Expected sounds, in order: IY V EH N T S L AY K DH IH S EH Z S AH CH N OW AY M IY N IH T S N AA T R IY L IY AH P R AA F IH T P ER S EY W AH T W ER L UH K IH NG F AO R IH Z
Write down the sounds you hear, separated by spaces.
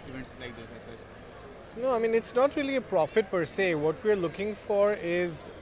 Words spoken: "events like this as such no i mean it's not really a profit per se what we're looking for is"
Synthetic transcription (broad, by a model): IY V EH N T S L AY K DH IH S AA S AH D N OW AY M IY N IH T S N AA T R IY L IY AH P R AA F IH T P ER S EY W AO T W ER L UH K IH NG F AO R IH Z